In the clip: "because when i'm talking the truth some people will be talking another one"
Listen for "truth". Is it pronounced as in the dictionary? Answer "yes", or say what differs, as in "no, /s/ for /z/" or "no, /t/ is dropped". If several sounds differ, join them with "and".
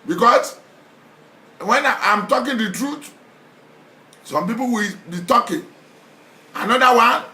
no, /t/ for /θ/